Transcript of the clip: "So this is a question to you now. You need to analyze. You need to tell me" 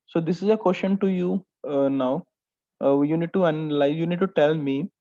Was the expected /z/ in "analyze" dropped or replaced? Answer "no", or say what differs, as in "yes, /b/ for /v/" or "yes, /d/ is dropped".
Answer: yes, /z/ is dropped